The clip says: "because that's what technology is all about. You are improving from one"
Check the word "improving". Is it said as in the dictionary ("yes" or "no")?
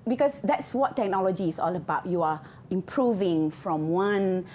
yes